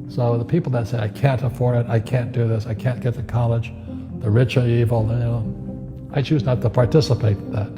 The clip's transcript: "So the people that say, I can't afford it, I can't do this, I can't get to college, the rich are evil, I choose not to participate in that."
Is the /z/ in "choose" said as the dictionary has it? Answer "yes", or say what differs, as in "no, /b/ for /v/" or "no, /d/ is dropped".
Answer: yes